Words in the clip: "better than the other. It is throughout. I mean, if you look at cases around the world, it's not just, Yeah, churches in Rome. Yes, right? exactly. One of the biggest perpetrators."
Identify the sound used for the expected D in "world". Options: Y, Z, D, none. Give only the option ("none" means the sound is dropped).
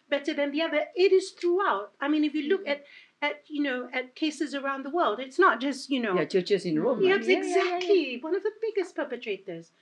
D